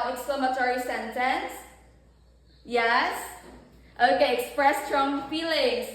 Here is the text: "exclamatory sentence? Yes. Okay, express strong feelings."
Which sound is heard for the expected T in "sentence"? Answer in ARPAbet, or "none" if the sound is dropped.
T